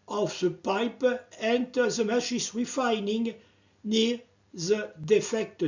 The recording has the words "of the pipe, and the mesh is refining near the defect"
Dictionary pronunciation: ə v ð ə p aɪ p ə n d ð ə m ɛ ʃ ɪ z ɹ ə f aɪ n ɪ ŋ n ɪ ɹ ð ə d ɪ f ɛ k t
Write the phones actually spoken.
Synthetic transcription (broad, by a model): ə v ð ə p aɪ p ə n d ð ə m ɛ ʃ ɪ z ɹ ə f aɪ n ɪ ŋ n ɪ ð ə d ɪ f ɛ k t